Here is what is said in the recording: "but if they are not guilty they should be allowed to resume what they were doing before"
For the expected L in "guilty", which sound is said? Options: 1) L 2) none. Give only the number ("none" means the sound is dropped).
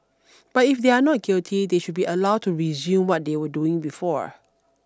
1